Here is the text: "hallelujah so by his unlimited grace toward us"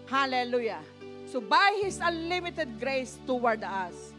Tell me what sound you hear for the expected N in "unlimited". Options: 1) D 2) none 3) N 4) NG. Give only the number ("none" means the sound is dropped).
2